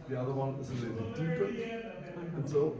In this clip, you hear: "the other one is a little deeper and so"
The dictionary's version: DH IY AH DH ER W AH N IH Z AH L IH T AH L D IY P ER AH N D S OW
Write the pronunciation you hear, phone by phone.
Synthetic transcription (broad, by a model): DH IY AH DH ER W AH N IH Z AH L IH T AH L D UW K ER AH N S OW